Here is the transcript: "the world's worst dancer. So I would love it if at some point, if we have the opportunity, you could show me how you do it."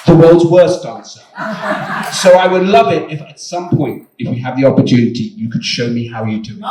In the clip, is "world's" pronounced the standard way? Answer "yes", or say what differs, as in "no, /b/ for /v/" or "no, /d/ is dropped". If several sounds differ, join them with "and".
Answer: yes